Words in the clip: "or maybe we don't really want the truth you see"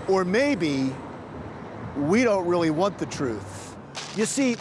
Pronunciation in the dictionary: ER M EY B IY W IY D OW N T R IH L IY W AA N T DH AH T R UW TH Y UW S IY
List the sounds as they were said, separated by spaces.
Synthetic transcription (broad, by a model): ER M EY B IY W IY D OW N T R IH L IY W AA N DH AH T R UW TH Y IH S IY